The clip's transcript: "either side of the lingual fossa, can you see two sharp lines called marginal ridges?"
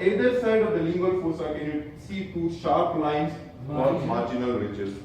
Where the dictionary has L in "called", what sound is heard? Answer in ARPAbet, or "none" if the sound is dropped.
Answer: none